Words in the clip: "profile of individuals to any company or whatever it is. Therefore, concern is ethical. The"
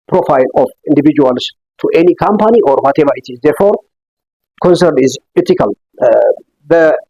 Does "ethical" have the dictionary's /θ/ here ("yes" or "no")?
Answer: no